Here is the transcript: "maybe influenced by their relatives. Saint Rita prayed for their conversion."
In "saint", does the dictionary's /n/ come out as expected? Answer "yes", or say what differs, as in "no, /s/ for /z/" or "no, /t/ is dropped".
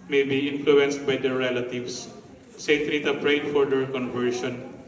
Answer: no, /n/ is dropped